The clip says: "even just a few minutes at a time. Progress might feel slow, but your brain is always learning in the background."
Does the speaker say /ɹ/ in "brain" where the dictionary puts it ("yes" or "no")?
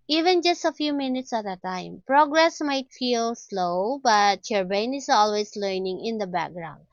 no